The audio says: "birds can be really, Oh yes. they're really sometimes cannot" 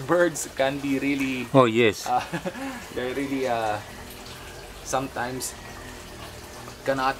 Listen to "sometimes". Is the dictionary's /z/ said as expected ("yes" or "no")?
no